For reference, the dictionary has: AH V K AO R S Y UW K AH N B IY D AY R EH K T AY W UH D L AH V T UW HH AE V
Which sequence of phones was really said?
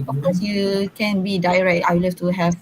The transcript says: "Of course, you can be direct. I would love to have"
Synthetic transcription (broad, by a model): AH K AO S Y UW K AH N B IY D AY R EH K T AY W L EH F T UW HH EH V